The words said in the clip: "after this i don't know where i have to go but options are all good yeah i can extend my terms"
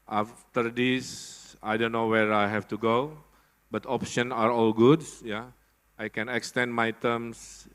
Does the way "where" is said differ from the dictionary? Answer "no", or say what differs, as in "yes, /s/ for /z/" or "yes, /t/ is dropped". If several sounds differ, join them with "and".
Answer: no